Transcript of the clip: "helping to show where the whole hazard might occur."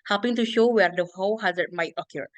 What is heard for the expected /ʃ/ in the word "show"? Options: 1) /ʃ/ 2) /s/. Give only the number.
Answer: 1